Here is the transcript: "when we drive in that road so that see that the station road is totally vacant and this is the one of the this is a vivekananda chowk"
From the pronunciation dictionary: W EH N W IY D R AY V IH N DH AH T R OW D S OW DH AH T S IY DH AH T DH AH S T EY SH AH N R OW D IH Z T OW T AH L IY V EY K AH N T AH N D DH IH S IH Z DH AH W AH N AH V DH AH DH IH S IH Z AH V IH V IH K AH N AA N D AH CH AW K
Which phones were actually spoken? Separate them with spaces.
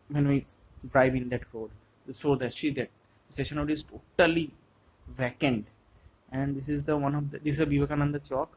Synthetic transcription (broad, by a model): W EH N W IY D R AY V IH N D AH T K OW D S OW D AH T SH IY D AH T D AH S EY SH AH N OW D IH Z T OW T AH L IY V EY K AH N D AH N D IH S IH Z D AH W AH N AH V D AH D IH S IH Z AH B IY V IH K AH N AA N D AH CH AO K